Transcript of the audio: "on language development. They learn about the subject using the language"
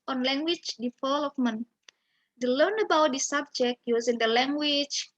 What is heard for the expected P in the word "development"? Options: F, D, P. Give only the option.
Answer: F